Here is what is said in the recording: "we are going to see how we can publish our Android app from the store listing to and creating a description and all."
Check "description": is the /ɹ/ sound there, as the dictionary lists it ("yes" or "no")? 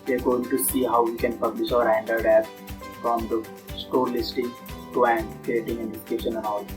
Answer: no